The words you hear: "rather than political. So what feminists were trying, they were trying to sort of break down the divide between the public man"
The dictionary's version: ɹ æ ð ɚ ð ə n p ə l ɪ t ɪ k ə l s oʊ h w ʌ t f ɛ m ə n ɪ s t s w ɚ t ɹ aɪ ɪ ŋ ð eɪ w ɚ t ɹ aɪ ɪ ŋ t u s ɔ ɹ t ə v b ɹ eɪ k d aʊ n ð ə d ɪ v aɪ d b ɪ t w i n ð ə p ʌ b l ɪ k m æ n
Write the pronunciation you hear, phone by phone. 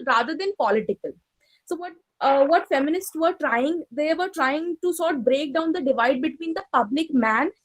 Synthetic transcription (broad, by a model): ɹ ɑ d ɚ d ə n p ə l ɪ t ɪ k ə l s oʊ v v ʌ t f ɛ m ə n ɪ s t s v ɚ t ɹ aɪ ɪ ŋ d eɪ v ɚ t ɹ aɪ ɪ ŋ t u s ɔ ɹ t b ɹ eɪ k d aʊ n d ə d ɪ v aɪ d b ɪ t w i n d ə p ʌ b l ɪ k m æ n